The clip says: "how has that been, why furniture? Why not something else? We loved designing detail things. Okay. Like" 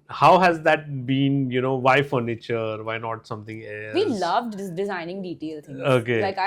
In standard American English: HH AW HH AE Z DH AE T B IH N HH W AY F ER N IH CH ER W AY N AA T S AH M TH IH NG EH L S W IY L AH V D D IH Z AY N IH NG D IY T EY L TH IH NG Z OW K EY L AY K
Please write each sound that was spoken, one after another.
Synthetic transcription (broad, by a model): HH AW HH AE Z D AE T B IH N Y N AY F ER N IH CH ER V AY N AA T S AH M T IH NG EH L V IY L AH V D D IH Z AY N IH NG D IY T EY L T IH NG OW K EY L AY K